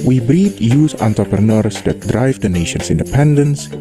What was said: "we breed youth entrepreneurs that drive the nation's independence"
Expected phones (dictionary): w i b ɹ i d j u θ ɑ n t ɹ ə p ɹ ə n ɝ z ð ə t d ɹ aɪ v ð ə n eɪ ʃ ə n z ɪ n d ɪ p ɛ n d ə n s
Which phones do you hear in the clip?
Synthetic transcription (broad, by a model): w i b ɹ i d j u s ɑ n t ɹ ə p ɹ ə n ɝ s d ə t d ɹ aɪ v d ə n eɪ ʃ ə n s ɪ n d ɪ p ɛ n d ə n s